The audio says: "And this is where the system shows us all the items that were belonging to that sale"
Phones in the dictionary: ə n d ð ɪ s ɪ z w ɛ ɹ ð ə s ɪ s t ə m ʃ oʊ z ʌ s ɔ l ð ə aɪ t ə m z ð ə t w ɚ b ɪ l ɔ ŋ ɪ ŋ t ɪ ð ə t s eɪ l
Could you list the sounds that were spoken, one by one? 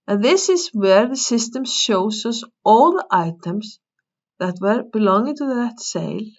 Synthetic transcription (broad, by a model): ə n ð ɪ s ɪ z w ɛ ɹ ð ə s ɪ s t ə m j oʊ s ʌ s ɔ w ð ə aɪ t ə m s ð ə t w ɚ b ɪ l ɔ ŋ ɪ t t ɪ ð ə t s eɪ l